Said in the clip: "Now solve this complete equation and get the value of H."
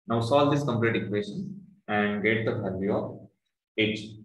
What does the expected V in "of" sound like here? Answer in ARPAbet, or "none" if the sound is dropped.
P